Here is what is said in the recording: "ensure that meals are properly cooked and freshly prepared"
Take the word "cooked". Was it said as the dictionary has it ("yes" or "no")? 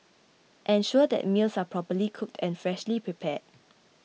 yes